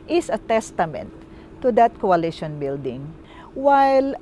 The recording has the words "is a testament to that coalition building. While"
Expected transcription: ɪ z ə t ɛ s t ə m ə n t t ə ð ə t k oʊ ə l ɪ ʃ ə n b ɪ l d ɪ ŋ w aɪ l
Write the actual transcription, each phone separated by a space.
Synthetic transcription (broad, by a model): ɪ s ə t ɛ s t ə m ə n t t ə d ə t k oʊ ə l ɪ ʃ ə n b ɪ l d ɪ ŋ w aɪ l